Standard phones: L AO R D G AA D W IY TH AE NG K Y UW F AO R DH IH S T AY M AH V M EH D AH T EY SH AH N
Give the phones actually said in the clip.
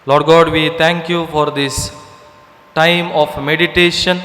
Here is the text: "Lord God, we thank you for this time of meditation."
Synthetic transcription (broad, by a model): L AO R D G AA D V IY T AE NG K Y UW F AO R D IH S T AY M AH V M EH D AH T EY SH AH N